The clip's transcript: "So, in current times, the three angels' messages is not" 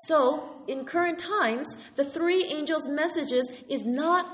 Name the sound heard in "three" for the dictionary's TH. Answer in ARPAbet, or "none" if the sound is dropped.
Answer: TH